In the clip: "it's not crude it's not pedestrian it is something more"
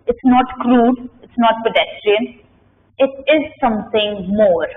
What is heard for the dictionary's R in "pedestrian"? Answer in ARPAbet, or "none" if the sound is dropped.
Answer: R